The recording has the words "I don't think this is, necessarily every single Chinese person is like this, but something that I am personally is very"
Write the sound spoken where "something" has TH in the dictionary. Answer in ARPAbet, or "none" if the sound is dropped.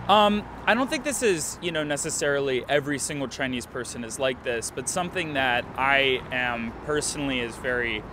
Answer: TH